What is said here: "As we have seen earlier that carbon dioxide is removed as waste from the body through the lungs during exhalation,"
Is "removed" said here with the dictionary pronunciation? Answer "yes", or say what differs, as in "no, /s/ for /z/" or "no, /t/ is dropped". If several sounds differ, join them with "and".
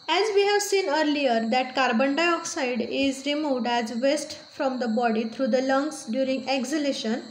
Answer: yes